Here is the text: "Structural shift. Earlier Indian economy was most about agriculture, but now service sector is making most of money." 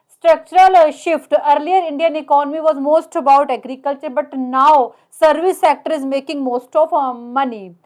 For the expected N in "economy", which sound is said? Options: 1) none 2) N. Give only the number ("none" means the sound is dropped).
2